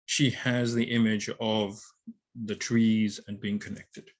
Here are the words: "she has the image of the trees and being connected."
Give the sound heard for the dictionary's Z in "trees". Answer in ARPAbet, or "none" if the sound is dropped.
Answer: Z